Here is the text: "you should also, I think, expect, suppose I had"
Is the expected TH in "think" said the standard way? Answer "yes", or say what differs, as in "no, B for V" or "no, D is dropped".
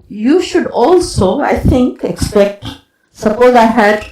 no, T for TH